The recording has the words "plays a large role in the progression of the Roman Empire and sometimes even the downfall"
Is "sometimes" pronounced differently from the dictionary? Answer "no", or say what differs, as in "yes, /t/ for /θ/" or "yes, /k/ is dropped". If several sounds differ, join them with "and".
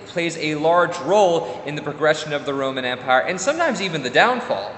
no